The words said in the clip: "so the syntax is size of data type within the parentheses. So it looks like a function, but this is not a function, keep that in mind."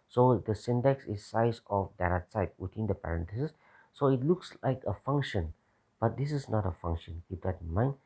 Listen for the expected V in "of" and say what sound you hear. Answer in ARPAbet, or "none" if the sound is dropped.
F